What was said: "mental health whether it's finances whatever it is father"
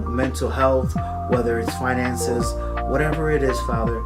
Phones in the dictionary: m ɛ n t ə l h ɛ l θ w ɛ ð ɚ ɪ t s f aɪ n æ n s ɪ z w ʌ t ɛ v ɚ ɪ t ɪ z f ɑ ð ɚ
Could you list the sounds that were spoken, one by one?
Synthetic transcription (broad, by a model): m ɛ n t l h ɛ l θ w ɛ ð ɚ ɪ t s f aɪ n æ n s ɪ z w ʌ t ɛ v ɚ ɪ t ɪ z f ɑ ð ɚ